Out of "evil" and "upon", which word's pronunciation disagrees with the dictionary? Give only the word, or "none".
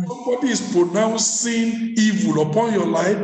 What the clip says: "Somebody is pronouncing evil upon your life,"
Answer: none